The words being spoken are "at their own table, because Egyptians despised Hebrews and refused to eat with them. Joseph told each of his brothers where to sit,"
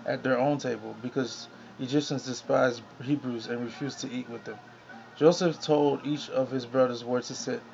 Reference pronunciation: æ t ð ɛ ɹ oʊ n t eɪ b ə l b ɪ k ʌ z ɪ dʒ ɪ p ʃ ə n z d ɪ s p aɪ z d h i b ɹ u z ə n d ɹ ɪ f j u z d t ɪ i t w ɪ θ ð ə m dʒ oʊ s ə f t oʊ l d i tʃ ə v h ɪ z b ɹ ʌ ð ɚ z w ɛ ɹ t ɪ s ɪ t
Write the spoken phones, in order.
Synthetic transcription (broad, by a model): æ t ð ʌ ɹ oʊ n t eɪ b ə l b ɪ k ʌ z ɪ dʒ ɪ p ʃ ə n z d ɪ s p aɪ z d h i b ɹ u z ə n ɹ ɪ f j u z t ɪ i t w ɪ ð ə m dʒ oʊ s ə f t oʊ l d i tʃ ə v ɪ z b ɹ ʌ ð ɚ z w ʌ ɹ t ɪ s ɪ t